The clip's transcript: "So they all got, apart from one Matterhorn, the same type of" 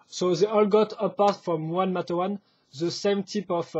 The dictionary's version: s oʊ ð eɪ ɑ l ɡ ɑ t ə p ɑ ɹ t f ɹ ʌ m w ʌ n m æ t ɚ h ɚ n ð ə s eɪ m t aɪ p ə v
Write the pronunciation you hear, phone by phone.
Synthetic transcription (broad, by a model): s oʊ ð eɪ ɑ l ɡ ɑ t ə p ɑ ɹ t f ɹ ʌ m w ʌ n m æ t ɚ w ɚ n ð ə s eɪ m t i p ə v